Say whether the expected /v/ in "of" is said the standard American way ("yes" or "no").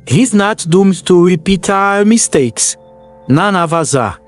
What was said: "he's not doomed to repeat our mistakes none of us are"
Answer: yes